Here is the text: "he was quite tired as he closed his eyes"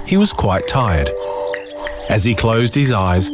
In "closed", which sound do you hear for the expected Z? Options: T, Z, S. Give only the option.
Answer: Z